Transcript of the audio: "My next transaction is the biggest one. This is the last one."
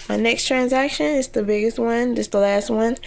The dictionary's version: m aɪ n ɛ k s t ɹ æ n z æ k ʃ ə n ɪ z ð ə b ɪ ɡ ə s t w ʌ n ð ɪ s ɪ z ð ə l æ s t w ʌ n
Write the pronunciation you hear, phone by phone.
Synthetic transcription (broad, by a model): m aɪ n ɛ k s t ɹ æ n z æ k ʃ ə n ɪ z ð ə b ɪ ɡ ə s t w ʌ n ð ɪ s ð ə l æ s t w ʌ n